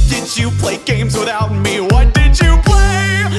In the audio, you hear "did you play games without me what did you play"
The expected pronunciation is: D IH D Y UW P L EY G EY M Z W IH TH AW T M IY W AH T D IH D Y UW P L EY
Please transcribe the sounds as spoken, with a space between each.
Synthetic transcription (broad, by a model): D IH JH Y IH P L EY G EY M Z W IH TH AW T M IY W AH T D IH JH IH P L EY